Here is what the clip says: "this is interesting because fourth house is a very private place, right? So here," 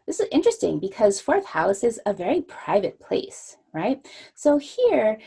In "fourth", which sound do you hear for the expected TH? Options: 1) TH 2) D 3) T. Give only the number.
1